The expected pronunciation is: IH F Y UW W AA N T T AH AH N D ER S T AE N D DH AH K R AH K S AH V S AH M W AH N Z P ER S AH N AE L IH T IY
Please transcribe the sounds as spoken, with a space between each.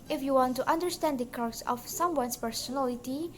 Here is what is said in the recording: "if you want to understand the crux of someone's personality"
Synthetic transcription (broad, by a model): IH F Y UW W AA N T T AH AH N D ER S T AE N D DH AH K AH S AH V S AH M W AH N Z P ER S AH N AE L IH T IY